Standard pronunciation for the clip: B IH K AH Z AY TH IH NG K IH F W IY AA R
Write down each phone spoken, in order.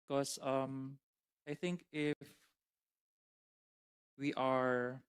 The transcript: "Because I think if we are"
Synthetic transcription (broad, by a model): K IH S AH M AY TH IH NG K IH F W IY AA R